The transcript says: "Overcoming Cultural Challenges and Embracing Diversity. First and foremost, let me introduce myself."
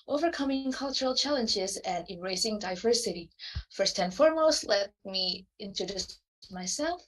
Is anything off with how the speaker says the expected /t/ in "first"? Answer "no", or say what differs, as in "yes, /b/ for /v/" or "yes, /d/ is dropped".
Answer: no